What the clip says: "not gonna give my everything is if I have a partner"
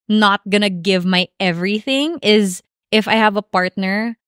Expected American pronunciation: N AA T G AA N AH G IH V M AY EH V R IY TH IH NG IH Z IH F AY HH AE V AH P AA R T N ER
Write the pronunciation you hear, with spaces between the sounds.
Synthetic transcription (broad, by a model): N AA T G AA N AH G IH V M AY EH V R IY TH IH NG IH Z IH F AY HH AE V AH P AA R T N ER